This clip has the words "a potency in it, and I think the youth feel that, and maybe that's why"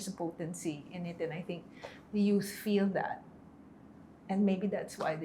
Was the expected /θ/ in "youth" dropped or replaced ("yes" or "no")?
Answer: yes